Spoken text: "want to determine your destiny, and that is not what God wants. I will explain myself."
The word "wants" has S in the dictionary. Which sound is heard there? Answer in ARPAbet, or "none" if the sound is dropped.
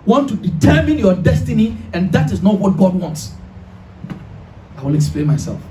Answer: S